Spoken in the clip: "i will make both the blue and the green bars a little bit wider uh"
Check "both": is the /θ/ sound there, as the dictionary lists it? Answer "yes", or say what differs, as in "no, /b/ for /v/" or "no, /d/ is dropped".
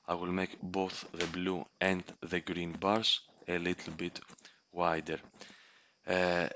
yes